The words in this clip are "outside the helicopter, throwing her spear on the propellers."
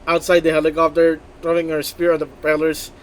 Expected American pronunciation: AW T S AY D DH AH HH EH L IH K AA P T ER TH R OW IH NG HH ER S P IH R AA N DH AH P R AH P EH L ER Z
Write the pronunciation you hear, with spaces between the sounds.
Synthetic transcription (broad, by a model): AW T S AY D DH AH HH EH L IH K AA P T ER T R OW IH NG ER S P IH R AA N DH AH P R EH L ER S